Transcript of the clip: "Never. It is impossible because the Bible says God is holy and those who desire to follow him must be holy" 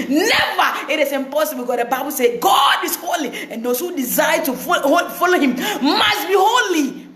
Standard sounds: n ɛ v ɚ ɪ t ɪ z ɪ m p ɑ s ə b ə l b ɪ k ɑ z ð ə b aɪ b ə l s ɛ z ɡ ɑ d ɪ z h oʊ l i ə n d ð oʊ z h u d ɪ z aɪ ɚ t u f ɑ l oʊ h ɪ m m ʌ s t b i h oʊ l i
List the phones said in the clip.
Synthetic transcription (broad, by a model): n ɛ v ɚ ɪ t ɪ s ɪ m p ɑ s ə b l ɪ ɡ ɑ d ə b aɪ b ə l s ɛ ɡ ɑ d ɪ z h oʊ l i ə n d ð oʊ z h u d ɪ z aɪ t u f ɑ l oʊ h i m m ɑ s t b i h oʊ l i